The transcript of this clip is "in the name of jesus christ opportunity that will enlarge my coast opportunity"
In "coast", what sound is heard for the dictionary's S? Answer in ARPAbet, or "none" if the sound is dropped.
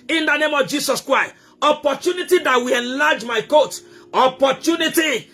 none